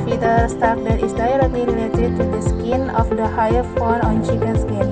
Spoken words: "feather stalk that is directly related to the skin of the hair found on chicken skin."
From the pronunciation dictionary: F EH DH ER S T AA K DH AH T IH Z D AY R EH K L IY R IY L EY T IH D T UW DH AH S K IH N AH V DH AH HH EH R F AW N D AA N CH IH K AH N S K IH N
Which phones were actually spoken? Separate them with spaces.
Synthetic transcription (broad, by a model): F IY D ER S T AA K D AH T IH S D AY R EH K L IY R IY L EY T IH D T UW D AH S K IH N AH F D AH HH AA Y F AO D AA N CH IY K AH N S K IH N